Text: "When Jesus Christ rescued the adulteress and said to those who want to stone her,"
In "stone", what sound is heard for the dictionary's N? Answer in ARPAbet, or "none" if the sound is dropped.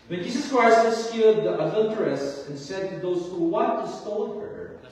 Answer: L